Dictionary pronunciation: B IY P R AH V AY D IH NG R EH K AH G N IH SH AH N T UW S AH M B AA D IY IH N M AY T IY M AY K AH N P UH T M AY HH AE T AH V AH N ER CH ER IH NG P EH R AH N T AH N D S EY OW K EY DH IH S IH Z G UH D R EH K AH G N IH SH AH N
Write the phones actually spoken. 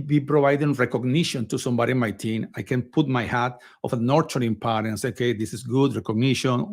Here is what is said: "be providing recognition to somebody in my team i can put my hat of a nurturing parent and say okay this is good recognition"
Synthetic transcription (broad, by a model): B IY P R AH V AY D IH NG R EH K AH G N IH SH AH N T UW S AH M B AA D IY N M AY T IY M AY K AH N P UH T M AY HH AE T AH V AH N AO CH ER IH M P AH T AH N S EY OW K EY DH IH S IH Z G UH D R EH K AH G N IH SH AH N